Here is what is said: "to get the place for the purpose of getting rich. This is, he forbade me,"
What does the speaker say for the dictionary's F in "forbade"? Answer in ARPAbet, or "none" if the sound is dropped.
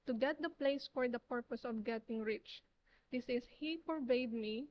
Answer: P